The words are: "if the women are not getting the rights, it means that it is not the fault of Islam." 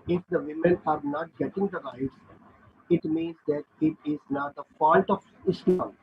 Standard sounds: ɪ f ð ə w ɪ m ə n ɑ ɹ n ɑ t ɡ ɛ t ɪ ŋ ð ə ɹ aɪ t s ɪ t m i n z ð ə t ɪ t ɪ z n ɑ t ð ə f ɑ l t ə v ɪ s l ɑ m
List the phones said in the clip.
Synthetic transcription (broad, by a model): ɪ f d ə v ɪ m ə n ɑ ɹ n ɑ t ɡ ɛ t ɪ ŋ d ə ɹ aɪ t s ɪ t m i n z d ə t ɪ t ɪ z n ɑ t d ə p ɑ n t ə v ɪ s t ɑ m